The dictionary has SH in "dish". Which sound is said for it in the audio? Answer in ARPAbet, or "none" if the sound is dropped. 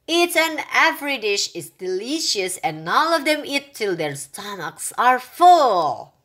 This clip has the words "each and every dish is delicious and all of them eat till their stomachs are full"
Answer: SH